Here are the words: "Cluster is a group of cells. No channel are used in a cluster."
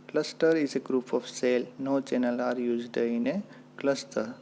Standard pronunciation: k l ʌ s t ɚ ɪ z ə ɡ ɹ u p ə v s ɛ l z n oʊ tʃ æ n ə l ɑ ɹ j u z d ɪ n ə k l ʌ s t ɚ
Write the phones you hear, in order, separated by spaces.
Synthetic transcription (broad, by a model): k l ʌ s t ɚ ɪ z ə ɡ ɹ u p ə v s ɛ l n oʊ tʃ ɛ n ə l ɑ ɹ j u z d ɪ n ə k l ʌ s t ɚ